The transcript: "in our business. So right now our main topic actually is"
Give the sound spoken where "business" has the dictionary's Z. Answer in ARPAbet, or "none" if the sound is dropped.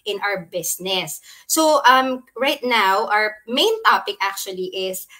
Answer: S